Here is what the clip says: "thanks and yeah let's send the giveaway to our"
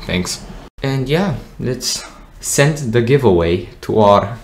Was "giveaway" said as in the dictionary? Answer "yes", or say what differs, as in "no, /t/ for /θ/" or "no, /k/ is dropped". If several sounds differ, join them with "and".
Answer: yes